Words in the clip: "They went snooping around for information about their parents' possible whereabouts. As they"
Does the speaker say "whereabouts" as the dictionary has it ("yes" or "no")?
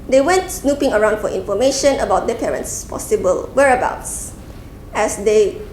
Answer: yes